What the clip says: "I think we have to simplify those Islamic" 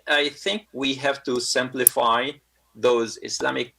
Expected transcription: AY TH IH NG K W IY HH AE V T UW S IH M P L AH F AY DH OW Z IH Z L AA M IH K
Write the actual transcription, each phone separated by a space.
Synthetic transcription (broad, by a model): AY TH IH NG K W IY HH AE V T UW S IH M P L AH F AY DH OW Z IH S L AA M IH K